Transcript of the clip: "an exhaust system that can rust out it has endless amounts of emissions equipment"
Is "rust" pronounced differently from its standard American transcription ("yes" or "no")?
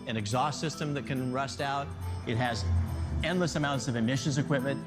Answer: no